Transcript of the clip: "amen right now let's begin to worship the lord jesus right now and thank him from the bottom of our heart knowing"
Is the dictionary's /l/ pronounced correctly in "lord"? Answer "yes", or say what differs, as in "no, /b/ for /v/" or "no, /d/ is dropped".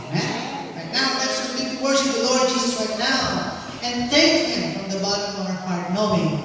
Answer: yes